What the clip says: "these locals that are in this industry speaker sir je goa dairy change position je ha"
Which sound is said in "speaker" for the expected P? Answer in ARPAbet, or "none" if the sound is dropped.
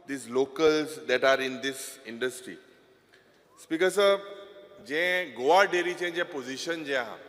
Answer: P